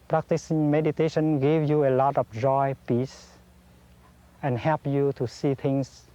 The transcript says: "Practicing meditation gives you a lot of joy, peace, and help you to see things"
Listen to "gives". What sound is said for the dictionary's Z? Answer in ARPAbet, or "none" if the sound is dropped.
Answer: none